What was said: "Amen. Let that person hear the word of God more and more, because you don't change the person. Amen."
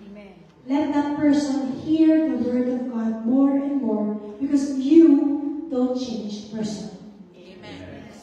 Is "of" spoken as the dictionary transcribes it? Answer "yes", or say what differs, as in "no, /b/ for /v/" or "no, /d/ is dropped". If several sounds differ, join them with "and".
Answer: yes